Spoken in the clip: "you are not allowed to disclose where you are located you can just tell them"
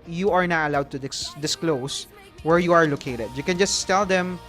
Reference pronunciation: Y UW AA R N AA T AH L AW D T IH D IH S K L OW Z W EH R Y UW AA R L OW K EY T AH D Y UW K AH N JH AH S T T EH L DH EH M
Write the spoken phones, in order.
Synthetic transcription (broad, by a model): Y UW AA R N AA T AH L AW D T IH D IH S K L OW S W EH R Y UW AA R L OW K EY T AH D Y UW K AH N JH AH S T T EH L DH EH M